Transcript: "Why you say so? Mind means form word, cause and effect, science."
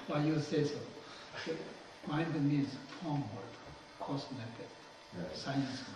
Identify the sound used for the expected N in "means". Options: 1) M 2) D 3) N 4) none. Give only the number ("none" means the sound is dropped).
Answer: 4